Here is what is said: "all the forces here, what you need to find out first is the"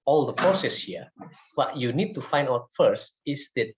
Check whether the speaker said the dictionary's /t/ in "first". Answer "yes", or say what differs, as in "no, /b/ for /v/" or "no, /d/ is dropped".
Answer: yes